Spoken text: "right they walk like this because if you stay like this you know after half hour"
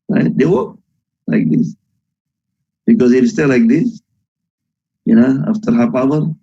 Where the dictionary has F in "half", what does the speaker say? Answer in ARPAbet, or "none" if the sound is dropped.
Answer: P